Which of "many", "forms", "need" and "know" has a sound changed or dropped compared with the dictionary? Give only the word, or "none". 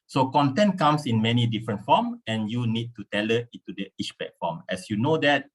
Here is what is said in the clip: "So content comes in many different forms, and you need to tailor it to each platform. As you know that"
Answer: forms